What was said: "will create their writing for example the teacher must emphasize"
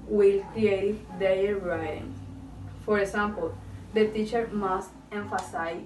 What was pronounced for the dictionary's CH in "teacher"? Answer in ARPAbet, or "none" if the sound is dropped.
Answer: CH